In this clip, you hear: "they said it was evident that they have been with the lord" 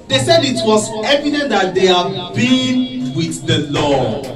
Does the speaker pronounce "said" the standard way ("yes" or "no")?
yes